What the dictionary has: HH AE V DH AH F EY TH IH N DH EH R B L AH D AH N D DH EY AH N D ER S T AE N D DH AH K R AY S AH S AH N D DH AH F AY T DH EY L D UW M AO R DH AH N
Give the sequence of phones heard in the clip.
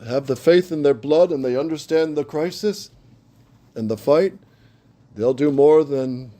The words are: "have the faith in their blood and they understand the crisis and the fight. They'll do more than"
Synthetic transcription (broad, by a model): HH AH V DH AH F EY TH IH N DH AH R B L AH D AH N DH EY AH N D ER S T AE N DH AH K R AY S AH S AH N DH AH F AY T DH EY L D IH M AO R DH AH N